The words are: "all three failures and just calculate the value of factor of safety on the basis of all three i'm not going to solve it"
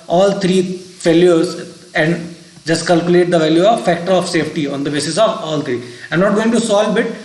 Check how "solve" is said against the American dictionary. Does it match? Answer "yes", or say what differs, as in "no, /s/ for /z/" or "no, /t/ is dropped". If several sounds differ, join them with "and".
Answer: no, /b/ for /v/